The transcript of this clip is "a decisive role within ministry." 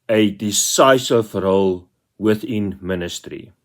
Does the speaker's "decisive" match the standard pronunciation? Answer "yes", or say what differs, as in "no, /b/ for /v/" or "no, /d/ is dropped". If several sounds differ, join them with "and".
no, /f/ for /v/